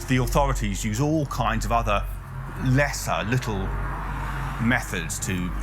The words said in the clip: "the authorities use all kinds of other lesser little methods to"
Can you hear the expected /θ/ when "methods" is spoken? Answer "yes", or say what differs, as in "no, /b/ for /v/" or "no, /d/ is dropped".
yes